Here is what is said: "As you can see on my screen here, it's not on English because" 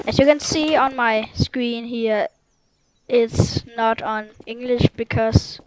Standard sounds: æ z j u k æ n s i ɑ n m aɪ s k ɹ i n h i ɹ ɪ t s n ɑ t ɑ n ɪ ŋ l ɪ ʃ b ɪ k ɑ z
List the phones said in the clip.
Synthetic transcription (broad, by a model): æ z j u k æ n s i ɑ n m aɪ s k ɹ i n h i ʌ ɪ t s n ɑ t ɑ n ɪ ŋ l ɪ ʃ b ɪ k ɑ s